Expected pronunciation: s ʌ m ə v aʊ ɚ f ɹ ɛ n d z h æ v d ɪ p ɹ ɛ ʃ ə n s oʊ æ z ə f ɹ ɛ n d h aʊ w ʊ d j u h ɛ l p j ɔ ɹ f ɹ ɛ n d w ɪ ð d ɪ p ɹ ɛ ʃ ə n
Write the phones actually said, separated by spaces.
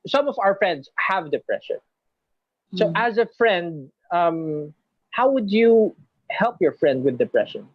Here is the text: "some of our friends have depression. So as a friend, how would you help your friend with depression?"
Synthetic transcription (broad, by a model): s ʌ m ə v aʊ ɚ f ɹ ɛ n d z h æ v d ɪ p ɹ ɛ ʃ ə n s oʊ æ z ə f ɹ ɛ n d h aʊ w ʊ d j u h ɛ l p j ɔ ɹ f ɹ ɛ n d w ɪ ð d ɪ p ɹ ɛ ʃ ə n